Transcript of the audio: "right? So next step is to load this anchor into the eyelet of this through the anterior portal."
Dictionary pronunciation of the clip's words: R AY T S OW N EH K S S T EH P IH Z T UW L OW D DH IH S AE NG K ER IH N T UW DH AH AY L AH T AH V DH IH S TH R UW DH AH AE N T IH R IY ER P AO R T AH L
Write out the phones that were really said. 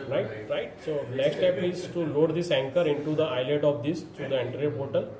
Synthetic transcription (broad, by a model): R AY T S OW L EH K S S T EH P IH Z T UW L OW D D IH S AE NG K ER IH N T UW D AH AY L AH T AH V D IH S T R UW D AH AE N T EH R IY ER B AO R T AH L